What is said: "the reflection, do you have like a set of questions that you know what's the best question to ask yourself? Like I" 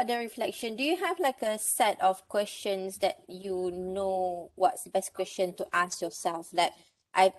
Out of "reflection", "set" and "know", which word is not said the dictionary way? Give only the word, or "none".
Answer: none